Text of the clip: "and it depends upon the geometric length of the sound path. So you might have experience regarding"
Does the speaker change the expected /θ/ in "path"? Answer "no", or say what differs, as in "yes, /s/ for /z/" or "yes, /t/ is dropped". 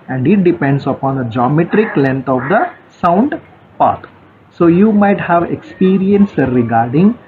yes, /t/ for /θ/